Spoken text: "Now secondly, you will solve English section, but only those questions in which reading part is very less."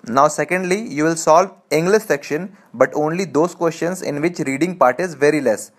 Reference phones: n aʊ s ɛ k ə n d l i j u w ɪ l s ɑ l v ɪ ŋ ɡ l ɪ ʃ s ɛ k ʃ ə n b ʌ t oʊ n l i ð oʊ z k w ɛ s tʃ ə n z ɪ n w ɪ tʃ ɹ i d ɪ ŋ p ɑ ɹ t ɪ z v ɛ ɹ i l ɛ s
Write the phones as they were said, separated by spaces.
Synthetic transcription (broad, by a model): n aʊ s ɛ k ə n d l i j u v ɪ l s ɑ l v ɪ ŋ ɡ l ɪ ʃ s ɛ k ʃ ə n b ʌ t oʊ n l i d oʊ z k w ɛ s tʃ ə n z ɪ n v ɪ tʃ ɹ i d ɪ ŋ p ɑ ɹ t ɪ z v ɛ ɹ i l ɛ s